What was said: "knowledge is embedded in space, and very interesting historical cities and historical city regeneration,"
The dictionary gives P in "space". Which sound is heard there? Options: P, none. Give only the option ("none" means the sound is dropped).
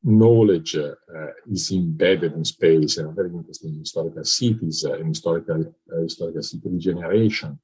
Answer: P